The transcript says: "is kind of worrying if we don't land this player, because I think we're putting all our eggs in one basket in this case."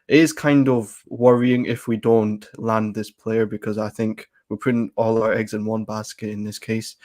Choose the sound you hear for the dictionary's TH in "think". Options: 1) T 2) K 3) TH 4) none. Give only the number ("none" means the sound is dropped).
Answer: 3